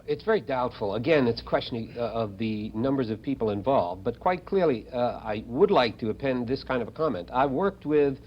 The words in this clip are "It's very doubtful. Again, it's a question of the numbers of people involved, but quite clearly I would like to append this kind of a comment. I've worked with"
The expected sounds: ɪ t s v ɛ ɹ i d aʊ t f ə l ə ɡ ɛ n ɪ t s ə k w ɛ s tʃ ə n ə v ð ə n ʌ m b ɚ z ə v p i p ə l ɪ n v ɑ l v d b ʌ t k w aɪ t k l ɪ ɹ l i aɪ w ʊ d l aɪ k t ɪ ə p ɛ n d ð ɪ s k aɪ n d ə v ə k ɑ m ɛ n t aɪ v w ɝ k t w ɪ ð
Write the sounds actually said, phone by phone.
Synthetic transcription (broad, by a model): ɪ t s v ɛ ɹ i d aʊ t f l ə ɡ ɛ n ɪ t s ə k w ɛ s tʃ ə n ə v ð ə n ʌ m b ɚ z ə v p i p l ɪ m v ɑ l v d b ʌ t k w aɪ t k l ɪ ɹ l i aɪ w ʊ d l aɪ k t ɪ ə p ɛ n ð ɪ s k aɪ n d ə v ə k ɑ m ɛ n t aɪ w ɝ k t w ɪ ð